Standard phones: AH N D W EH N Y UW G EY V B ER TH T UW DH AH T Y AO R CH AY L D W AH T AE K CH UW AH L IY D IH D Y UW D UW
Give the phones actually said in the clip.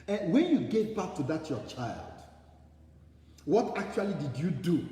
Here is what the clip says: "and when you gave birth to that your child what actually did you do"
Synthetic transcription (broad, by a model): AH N W EH N Y UW G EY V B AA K T UW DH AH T Y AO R CH AY L D W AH T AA K CH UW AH L IY D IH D Y UW D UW